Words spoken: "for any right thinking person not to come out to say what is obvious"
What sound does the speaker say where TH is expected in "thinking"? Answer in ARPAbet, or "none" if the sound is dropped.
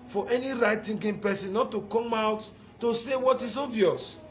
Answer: T